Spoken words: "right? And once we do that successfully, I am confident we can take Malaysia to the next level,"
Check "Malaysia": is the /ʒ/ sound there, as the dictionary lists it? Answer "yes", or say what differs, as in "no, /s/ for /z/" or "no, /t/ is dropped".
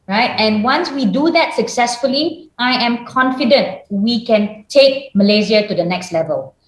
no, /z/ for /ʒ/